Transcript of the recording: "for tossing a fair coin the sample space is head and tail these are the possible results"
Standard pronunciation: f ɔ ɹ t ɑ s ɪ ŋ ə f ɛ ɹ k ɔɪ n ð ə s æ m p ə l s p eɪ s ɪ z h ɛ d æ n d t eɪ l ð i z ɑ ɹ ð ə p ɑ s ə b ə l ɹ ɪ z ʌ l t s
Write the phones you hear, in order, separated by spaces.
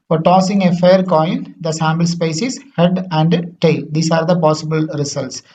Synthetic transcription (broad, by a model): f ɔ ɹ t ɑ s ɪ ŋ ə f ɛ ɹ k ɔɪ n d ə s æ m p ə l s p eɪ s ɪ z h ɛ d æ n d t eɪ l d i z ɑ ɹ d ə p ɑ s ə b ə l ɹ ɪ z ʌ l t s